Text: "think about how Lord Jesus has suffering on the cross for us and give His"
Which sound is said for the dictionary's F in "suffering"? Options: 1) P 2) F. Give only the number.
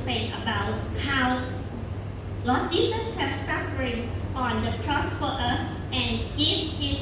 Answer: 1